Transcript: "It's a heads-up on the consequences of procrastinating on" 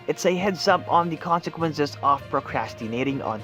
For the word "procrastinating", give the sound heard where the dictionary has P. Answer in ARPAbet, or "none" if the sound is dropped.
P